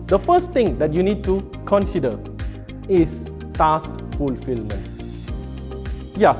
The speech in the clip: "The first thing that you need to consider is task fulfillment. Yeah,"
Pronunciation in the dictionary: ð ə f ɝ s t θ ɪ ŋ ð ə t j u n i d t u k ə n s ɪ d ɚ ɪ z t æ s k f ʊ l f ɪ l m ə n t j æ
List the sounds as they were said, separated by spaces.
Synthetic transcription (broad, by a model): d ə f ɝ s t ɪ ŋ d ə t j u n i d t u k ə n s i d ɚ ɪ s t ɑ s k f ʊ l f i l m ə n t j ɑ